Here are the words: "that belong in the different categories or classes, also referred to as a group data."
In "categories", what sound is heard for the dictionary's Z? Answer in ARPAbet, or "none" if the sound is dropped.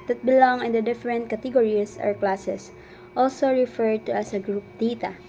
S